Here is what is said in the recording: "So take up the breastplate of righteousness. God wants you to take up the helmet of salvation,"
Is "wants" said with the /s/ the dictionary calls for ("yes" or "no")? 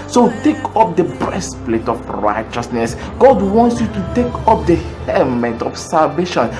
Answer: yes